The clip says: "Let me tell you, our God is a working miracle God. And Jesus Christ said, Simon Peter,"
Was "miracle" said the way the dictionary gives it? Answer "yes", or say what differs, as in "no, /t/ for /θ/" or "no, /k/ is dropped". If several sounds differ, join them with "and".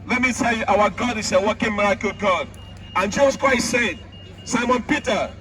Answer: yes